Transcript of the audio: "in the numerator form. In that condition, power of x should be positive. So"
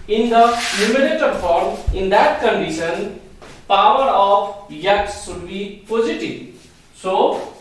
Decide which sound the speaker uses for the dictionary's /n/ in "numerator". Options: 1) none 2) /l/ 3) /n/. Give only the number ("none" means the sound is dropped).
2